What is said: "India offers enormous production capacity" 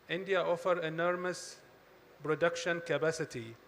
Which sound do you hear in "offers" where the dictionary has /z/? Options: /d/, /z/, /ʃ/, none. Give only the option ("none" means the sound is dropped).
none